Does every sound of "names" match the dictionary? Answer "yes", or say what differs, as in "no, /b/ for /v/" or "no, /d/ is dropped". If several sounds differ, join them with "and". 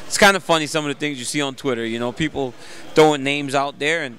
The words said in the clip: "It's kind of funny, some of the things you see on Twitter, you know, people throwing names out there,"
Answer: yes